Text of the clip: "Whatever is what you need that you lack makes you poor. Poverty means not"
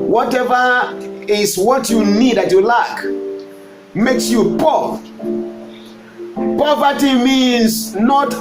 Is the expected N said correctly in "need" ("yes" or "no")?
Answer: yes